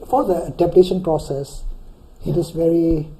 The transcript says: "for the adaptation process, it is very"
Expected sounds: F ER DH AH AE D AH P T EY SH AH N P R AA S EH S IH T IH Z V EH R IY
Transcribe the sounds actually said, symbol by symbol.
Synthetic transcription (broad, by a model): F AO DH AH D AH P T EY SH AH N P R AA S EH S IH T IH S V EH R IY